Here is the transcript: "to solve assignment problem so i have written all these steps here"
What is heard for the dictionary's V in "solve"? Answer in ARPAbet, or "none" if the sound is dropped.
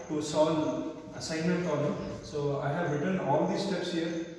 none